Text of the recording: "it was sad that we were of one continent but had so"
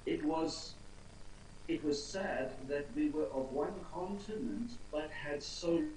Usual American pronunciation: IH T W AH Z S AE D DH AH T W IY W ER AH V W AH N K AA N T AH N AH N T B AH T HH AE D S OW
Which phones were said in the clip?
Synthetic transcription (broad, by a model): IH T W AH Z S AE D DH AH T W IY W ER AH V W AH N K AA N T AH N AH N T B AH T HH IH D S OW